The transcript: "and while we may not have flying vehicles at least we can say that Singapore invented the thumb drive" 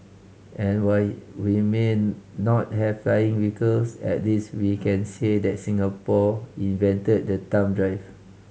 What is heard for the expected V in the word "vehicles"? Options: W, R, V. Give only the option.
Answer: W